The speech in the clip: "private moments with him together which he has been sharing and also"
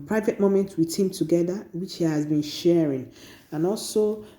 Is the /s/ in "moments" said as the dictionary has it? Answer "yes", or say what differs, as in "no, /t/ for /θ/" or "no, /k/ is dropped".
no, /s/ is dropped